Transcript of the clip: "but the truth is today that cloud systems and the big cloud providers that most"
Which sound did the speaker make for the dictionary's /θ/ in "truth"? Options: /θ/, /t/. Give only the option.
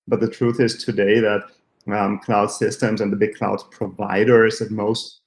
/θ/